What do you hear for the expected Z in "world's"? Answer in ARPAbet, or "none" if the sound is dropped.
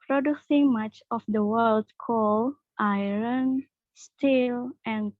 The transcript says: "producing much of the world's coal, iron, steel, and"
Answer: none